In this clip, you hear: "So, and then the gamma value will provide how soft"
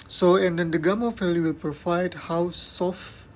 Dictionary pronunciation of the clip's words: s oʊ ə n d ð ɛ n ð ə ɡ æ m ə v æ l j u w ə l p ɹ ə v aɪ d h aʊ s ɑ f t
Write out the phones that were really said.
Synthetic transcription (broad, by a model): s oʊ ə n d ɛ n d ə ɡ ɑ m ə f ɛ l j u w ə l p ɹ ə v aɪ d h aʊ s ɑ f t